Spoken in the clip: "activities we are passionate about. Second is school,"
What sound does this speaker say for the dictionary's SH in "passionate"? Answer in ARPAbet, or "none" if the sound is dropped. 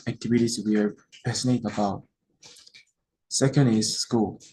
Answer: S